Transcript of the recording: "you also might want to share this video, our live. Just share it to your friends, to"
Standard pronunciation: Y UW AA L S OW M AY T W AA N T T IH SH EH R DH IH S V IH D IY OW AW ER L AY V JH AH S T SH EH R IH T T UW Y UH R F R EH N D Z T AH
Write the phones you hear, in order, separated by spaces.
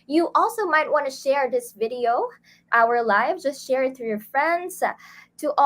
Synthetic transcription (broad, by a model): Y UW AA L S OW M AY T W AA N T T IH SH EH R DH IH S V IH D IY OW AW ER L AY V JH AH S T SH EH R IH T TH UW Y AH R F R EH N D Z T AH